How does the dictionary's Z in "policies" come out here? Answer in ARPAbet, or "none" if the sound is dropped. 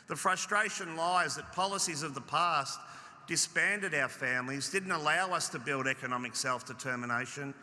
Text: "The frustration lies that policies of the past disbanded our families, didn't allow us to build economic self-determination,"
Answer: Z